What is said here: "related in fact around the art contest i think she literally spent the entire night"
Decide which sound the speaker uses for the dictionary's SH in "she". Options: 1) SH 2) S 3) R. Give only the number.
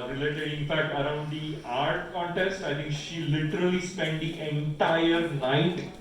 1